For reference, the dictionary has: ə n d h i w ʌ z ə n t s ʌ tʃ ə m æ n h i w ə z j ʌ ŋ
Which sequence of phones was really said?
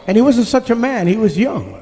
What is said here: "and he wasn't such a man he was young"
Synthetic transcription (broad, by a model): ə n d h i w ʌ z ə n t s ʌ tʃ ə m æ n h i w ə z j ʌ ŋ